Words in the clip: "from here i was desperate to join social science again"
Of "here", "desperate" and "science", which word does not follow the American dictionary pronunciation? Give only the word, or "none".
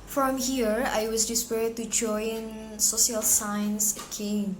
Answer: desperate